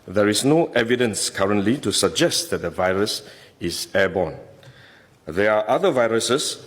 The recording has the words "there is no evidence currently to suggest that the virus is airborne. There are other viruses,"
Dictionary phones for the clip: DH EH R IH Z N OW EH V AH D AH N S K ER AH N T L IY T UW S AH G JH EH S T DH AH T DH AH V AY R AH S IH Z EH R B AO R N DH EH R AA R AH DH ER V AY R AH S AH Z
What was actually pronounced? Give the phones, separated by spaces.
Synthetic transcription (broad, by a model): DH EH R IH S N OW EH V AH D AH N S K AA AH N T L IY T UW S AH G JH EH S T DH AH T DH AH V AY R AH S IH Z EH B AO N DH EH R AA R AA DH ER V AY R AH S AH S